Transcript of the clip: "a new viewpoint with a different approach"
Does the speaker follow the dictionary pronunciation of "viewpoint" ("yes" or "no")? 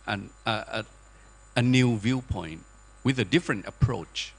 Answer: yes